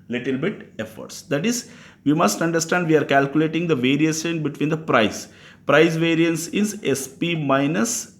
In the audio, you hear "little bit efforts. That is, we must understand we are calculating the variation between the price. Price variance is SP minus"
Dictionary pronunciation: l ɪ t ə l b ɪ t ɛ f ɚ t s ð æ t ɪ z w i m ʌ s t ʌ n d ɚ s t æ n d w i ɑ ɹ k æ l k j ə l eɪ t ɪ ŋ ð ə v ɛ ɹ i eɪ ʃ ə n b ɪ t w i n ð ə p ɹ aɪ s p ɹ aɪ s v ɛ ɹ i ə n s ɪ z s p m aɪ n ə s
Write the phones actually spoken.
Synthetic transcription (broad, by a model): l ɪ t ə l b ɪ t ɛ f ɚ t s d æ t ɪ z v i m ʌ s t ʌ n d ɚ s t æ n d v i ɑ ɹ k æ l k j ə l eɪ t ɪ ŋ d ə v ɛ ɹ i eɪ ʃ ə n b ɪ t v i n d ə p ɹ aɪ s p ɹ aɪ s v ɛ ɹ i ə n s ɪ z s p m aɪ n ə s